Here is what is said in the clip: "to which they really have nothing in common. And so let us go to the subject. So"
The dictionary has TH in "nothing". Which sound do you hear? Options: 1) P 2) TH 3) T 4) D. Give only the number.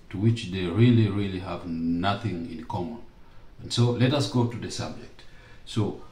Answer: 2